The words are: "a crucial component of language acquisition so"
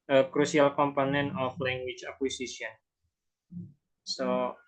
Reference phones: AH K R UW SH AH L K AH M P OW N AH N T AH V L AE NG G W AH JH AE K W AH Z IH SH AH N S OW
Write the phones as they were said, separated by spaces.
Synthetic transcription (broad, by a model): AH K R UW S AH L K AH M P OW N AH N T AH F L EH NG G W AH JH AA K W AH S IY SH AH N S OW